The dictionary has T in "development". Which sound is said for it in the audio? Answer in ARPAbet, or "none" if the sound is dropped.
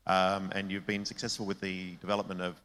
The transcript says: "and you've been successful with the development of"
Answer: T